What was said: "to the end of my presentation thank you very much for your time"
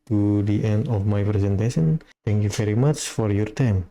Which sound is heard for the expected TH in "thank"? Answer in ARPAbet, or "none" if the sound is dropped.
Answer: T